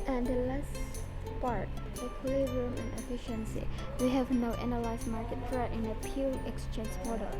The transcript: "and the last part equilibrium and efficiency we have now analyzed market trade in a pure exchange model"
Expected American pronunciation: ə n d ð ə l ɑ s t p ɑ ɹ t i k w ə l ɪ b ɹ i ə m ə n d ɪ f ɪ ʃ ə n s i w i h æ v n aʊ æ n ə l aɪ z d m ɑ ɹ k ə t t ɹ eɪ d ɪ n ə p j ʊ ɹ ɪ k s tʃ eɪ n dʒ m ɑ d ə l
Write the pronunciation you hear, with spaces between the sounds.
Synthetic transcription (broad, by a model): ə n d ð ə l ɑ s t p ɑ ɹ t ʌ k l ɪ ɹ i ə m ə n ɪ f ɪ ʃ ə n s i w i h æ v n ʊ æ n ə l aɪ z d m ɑ ɹ k ə t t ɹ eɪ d ɪ n ə p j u l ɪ k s tʃ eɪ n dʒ m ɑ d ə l